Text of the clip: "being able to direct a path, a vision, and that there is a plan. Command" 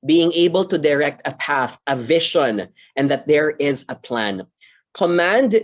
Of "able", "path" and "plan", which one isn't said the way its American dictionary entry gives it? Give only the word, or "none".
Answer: none